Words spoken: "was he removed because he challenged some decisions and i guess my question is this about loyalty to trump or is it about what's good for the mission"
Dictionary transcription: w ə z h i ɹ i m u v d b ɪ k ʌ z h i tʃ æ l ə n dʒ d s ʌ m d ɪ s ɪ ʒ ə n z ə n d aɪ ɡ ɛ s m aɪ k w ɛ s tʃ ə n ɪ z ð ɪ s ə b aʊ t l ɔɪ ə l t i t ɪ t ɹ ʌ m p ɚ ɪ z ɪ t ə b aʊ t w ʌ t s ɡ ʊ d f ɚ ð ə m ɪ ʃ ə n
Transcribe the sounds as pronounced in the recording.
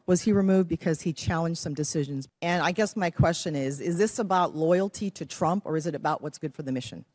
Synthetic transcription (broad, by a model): w ə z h i ɹ i m u v d b ɪ k ʌ z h i tʃ æ l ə n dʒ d s ʌ m d ɪ s ɪ ʒ ə n z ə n aɪ ɡ ɛ s m aɪ k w ɛ s tʃ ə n ɪ z ð ɪ s ə b aʊ t l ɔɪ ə l t i t ɪ t ɹ ʌ m p ɚ ɪ z ɪ t ə b aʊ t w ʌ t s ɡ ʊ d f ɚ ð ə m ɪ ʃ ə n